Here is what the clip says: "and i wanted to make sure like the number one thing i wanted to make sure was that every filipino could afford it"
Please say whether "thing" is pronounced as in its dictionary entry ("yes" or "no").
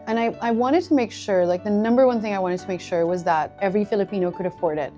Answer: yes